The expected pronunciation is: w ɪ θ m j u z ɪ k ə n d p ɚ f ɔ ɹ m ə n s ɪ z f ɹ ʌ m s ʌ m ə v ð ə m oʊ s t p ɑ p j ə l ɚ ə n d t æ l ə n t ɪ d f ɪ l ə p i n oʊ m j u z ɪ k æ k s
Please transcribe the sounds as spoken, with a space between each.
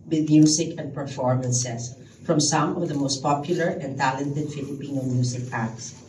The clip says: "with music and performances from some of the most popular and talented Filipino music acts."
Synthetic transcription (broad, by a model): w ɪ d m j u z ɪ k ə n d p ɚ f ɔ ɹ m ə n s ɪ s f ɹ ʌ m s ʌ m ə v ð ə m oʊ s t p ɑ p j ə l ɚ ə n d t æ l ə n t ɪ d f ɪ l ə p i n oʊ m j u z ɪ k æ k s